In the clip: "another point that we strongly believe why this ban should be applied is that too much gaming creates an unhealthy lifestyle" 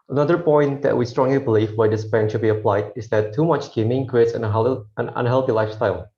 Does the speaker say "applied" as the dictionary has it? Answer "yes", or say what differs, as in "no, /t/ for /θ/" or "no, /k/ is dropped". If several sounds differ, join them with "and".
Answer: yes